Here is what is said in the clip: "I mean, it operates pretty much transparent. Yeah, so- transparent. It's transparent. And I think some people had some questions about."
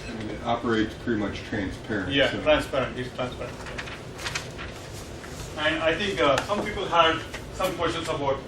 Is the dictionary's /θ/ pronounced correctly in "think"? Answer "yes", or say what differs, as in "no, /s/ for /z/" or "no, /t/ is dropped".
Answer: no, /t/ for /θ/